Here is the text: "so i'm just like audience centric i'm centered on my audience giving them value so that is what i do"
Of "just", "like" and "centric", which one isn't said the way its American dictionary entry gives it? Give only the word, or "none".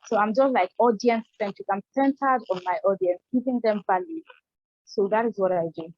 centric